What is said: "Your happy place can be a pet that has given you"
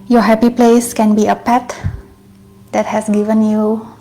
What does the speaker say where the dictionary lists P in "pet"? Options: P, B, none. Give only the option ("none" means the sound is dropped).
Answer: P